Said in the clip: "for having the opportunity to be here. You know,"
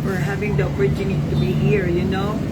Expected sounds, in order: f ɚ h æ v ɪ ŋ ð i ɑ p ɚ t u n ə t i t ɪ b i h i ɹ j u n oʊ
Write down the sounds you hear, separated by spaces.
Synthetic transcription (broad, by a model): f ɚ h æ v ɪ ŋ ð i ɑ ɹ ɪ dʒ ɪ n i t ɪ b i h i ɹ j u n oʊ